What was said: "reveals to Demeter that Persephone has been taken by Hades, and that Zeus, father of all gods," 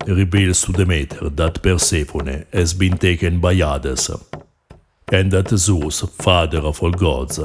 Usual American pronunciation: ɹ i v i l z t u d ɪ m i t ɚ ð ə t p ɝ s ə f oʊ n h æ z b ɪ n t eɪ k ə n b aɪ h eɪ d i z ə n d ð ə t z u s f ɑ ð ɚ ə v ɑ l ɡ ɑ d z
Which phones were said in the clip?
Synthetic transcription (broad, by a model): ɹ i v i l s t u d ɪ m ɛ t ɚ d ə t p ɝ s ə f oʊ n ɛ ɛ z b ɪ n t eɪ k ə n b aɪ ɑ d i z ə n d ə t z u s f ɑ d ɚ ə f ɑ l ɡ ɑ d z